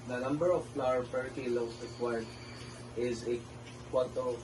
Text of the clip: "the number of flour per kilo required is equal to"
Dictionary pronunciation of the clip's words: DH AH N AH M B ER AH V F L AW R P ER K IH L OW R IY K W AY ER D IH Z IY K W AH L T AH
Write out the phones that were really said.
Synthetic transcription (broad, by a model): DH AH N AH M B ER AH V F L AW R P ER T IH L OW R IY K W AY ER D IH Z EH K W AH N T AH